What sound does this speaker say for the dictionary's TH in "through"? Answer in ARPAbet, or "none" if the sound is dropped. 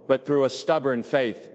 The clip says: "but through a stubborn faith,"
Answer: TH